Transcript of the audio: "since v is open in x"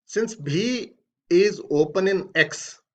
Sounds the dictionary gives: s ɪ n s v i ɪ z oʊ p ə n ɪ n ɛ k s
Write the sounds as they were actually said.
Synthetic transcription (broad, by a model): s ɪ n s b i ɪ z oʊ p ə n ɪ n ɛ k s